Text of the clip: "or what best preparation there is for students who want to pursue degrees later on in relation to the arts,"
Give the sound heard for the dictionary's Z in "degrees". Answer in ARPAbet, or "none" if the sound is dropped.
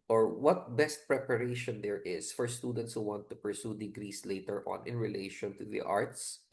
S